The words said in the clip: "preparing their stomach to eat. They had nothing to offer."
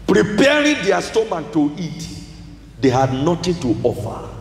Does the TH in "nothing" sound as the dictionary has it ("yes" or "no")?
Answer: no